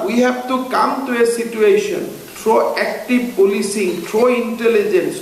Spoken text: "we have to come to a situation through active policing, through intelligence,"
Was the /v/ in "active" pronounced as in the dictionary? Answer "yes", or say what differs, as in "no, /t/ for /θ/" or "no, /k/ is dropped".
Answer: no, /b/ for /v/